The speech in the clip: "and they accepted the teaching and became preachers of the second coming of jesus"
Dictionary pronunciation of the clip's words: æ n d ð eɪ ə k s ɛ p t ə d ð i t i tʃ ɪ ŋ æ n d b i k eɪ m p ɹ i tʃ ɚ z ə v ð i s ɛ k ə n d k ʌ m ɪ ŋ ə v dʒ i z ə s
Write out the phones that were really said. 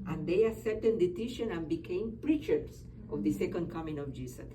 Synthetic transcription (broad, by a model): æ n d eɪ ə s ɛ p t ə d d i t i ʃ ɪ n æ n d b i k eɪ m p ɹ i tʃ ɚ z ə v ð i s ɛ k ə n d k ʌ m ɪ ŋ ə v dʒ i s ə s